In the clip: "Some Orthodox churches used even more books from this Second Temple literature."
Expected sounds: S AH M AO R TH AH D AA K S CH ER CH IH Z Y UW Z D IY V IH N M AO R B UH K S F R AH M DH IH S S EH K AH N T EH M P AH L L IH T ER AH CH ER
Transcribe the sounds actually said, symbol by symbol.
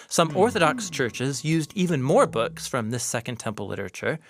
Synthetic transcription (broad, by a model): S AH M AO R TH AH D AA K S CH ER CH IH Z Y UW Z D IY V IH N M AO R B UH K S F R AH M DH IH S S EH K AH N T EH M P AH L L IH T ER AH CH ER